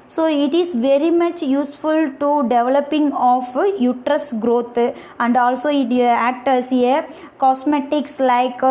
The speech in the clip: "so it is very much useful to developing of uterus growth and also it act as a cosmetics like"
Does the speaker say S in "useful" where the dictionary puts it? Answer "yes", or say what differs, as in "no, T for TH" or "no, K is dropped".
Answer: yes